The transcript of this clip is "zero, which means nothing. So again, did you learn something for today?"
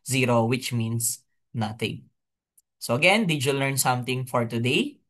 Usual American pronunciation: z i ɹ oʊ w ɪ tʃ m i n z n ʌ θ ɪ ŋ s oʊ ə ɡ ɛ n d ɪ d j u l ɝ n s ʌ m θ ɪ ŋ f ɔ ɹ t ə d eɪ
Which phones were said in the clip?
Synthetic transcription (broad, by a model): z i ɹ oʊ w ɪ tʃ m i n s n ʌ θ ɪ ŋ s oʊ ə ɡ ɛ n d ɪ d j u l ɝ n s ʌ m t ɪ ŋ f ɔ ɹ t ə d eɪ